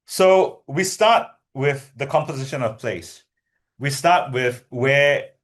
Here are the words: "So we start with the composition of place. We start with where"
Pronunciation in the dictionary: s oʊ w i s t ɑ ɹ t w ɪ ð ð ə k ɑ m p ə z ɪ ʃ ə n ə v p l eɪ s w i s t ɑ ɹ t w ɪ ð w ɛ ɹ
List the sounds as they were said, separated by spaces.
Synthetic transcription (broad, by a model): s oʊ w i s t ɑ t w ɪ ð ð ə k ɑ m p ə z ɪ ʃ ə n ə v p l eɪ s w i s t ɑ t w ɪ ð w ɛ